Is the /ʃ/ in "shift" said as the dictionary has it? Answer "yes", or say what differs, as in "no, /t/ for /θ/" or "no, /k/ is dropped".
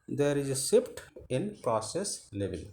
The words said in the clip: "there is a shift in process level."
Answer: no, /s/ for /ʃ/